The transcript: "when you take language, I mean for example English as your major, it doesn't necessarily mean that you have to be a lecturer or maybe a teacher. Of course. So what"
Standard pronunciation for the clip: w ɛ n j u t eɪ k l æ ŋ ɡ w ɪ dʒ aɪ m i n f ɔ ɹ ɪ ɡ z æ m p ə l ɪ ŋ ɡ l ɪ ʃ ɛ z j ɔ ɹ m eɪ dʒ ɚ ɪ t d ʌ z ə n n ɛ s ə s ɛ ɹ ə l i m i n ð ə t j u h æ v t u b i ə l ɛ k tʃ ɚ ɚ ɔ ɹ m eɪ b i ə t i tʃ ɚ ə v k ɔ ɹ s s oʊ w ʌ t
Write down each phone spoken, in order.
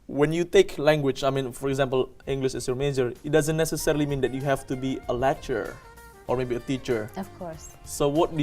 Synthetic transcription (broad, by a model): w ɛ n j u t eɪ k l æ ŋ ɡ w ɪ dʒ aɪ m i n f ɔ ɹ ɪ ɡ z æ m p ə l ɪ ŋ ɡ l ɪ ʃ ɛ s j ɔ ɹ m eɪ dʒ ɚ ɪ t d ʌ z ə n n ɛ s ə s ɛ ɹ ə l i m i n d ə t j u h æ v t u b i ə l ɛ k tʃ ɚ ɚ ɔ ɹ m eɪ b i ə t i tʃ ɚ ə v k ɔ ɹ s s oʊ w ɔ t